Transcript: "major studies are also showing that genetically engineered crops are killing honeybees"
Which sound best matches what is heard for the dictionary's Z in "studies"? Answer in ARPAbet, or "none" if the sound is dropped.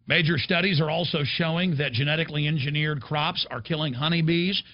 Z